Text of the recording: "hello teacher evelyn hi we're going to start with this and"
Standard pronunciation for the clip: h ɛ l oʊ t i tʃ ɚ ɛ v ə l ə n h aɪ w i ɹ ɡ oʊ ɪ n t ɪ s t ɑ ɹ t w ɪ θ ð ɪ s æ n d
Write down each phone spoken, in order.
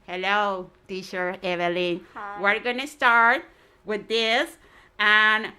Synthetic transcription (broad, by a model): h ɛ l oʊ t i ʃ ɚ ɛ v ə l ə n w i ɹ ɡ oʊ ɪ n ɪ s t ɑ ɹ t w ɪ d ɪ s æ n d